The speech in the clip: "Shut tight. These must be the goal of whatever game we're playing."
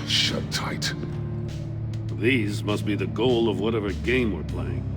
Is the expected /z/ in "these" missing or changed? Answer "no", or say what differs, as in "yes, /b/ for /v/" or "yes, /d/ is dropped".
no